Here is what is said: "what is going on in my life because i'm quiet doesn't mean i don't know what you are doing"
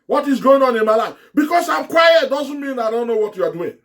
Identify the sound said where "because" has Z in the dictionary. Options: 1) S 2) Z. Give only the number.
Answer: 1